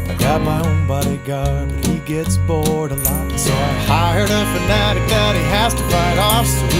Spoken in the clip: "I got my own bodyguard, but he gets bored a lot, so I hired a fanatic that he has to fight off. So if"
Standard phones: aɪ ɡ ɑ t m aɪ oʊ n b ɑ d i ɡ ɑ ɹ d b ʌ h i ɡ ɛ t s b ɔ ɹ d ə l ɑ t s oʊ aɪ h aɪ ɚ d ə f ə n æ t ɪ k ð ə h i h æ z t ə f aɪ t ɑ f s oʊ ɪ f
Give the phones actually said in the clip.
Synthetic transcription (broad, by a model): aɪ ɡ ɑ t m aɪ oʊ n b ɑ d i ɡ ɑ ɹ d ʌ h i ɡ ɛ t s b ɔ ɹ d ə l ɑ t s oʊ aɪ h aɪ ɚ d ə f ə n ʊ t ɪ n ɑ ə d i h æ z t ə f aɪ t ɑ f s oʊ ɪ